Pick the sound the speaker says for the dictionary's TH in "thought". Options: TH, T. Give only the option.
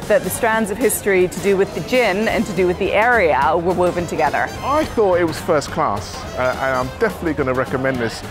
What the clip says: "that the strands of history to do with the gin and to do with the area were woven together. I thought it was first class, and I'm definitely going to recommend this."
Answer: TH